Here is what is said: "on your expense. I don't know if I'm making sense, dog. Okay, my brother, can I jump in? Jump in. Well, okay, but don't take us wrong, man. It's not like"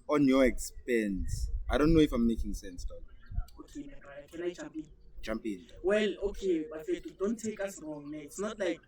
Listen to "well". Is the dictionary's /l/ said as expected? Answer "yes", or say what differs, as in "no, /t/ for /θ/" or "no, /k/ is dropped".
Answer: yes